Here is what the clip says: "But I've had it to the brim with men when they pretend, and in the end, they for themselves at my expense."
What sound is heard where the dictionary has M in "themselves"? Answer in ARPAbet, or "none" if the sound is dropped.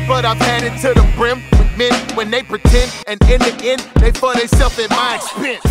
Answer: none